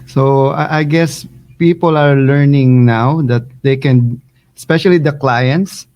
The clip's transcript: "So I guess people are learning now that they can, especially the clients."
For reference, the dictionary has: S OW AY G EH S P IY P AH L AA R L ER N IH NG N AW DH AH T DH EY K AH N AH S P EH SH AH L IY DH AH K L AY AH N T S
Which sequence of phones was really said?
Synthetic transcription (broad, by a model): S OW AY G EH S P IY P AH L AA R L ER N IH NG N AW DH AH T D EY K AH N AH S P EH SH AH L IY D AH K L AY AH N T S